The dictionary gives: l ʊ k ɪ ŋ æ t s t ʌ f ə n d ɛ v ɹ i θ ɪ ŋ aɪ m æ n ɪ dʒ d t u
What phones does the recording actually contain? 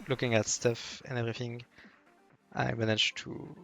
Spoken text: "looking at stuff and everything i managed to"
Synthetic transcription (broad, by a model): l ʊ k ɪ ŋ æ t s t ʌ f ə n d ɛ v ɹ i θ ɪ ŋ aɪ m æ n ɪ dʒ t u